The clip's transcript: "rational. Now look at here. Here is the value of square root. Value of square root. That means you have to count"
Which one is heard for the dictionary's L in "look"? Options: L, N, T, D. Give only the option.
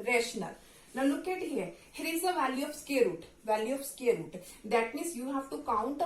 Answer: N